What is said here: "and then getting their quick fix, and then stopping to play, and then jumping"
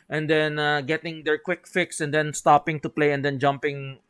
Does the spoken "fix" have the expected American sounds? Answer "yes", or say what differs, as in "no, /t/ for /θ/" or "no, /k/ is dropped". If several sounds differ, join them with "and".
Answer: yes